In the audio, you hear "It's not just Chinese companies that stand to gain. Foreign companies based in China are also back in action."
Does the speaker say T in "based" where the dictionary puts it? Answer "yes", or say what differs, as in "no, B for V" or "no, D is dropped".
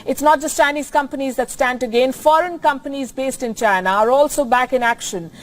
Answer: yes